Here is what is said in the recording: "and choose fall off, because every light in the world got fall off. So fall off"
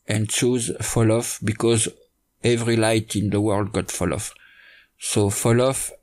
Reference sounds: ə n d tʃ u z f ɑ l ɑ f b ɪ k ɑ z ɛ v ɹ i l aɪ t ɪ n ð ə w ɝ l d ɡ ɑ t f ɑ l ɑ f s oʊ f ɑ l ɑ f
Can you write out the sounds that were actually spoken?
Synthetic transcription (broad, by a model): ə n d tʃ u z f ɑ l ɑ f b ɪ k ɑ z ɛ v ɹ i l aɪ t ɪ n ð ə w ɝ l d ɡ ɑ t f ɑ l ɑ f s oʊ f ɑ l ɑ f